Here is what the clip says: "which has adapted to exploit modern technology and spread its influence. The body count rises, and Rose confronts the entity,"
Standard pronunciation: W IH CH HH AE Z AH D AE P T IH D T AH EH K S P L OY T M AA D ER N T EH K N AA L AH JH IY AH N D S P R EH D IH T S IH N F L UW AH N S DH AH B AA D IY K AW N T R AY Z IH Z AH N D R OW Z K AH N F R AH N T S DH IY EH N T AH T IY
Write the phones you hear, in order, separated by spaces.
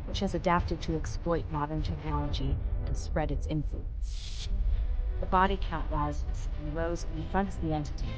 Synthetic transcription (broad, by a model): W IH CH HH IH Z AH D AE P T IH D T AH EH K S P L OY T M AA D ER N T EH K N AA L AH JH IY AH S P R EH D IH T S IH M F L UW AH N S DH AH B AA D IY K AW T L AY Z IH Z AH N R OW Z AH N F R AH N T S DH IY EH N T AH T